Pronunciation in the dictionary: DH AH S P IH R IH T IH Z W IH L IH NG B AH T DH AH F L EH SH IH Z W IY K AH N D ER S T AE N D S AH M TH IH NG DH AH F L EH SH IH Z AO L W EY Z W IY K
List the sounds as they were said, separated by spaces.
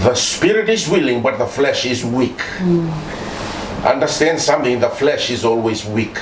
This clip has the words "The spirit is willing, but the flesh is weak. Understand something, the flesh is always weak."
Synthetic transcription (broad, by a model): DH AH S P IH R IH T IH Z W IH L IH NG B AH T DH AH F L EH SH IH Z W IY K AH N D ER S T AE N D S AH M TH IH NG DH AH F L EH SH IH Z AO L W EY Z W IY K